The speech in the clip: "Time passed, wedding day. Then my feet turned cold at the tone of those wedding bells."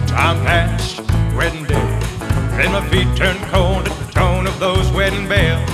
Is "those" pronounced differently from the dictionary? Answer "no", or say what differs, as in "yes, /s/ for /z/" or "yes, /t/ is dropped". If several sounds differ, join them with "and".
no